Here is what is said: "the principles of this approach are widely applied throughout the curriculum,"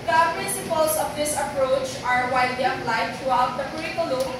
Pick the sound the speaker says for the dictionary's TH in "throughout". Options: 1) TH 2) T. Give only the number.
2